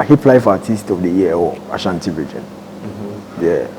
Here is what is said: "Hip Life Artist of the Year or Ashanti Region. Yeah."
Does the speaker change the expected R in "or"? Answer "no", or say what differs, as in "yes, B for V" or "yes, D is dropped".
yes, L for R